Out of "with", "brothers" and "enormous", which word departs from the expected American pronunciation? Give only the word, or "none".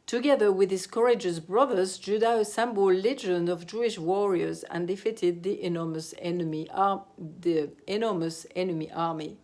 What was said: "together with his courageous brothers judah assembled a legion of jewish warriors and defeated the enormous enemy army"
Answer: none